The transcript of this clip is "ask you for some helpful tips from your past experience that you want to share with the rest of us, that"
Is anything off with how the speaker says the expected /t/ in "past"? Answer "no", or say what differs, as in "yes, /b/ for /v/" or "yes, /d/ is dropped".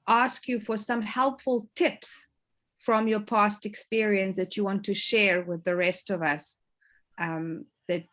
no